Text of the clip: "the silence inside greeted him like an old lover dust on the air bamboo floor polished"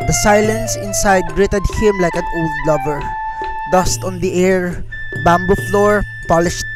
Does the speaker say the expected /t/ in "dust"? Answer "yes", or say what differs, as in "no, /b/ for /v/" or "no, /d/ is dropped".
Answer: yes